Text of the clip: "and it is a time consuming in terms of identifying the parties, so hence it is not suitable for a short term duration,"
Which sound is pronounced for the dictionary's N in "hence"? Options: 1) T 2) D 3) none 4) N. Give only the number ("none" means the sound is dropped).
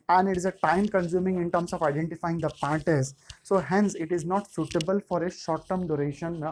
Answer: 4